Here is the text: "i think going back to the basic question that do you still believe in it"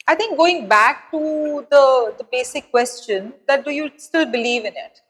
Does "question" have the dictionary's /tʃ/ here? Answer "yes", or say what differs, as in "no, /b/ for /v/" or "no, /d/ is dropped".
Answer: yes